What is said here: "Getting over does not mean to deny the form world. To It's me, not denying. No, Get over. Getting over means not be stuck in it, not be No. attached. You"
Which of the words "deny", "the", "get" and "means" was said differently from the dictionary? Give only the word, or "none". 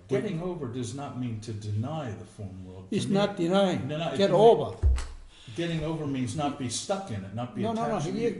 none